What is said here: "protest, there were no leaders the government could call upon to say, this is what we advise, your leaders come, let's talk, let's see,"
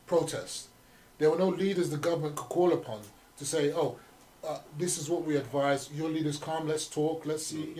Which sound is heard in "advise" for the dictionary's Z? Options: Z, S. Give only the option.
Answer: Z